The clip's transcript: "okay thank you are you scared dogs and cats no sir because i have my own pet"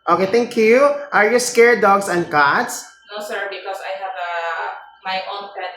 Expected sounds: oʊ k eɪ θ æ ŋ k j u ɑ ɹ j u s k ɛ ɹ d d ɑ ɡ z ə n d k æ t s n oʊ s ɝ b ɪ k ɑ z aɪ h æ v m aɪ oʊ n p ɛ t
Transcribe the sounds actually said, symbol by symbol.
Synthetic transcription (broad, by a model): oʊ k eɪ t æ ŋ k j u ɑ ɹ j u s k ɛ ɹ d d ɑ ɡ s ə n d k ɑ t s n oʊ s ɝ b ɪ k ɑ s aɪ h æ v m aɪ oʊ n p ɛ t